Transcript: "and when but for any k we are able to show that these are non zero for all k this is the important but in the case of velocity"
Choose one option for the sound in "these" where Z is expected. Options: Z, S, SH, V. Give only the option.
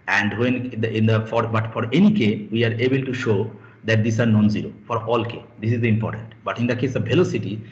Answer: S